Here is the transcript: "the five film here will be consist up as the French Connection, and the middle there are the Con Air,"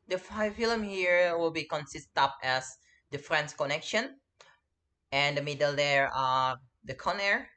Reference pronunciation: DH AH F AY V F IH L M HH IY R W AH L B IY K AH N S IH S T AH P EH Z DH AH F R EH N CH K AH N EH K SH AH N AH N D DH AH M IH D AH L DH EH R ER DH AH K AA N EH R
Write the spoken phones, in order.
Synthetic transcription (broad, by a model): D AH F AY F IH L M HH IY R W AH L B IY K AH N S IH S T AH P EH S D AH F R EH N S K AH N EH K SH AH N AH N D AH M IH D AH L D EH R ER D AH K AA N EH R